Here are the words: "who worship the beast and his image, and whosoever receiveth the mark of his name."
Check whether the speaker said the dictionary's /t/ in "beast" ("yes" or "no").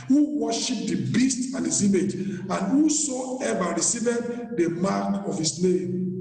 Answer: yes